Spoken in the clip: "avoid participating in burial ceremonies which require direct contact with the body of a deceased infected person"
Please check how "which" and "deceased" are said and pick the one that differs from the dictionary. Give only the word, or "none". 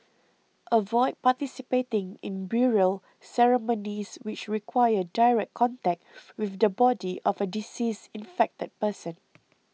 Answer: deceased